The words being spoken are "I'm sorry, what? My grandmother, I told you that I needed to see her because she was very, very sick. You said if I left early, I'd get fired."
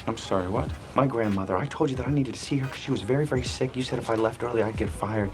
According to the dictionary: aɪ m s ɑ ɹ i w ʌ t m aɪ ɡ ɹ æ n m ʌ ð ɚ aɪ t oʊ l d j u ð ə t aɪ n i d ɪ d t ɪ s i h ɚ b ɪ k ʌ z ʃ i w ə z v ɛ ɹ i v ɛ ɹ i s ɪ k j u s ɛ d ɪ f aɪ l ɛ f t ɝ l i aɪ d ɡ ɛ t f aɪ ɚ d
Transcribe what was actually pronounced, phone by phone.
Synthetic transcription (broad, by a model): aɪ m s ɑ ɹ i w ʌ t m aɪ ɡ ɹ æ n m ʌ ð ɚ aɪ t oʊ l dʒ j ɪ ð ə t aɪ n i d ɪ d t ɪ s i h ɚ k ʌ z ʃ i w ə z v ɛ ɹ i v ɛ ɹ i s ɪ k j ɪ s ɛ d ɪ f aɪ l ɛ f t ɝ l i aɪ d ɡ ɛ t f aɪ ɚ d